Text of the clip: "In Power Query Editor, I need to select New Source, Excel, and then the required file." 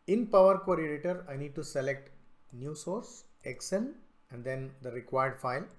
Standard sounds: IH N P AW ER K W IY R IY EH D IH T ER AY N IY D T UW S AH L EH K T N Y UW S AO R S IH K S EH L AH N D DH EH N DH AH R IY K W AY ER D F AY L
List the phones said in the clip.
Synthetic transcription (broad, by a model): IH N P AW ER K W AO R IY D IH T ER AY N IY D T UW S AH L EH K T N Y UW S AO R S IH K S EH N AH N D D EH N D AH R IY K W AY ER D F AY L